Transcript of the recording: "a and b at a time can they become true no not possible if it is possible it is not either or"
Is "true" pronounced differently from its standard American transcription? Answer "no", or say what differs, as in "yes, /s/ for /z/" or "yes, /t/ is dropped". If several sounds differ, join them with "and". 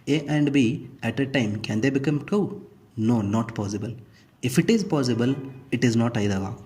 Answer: yes, /ɹ/ is dropped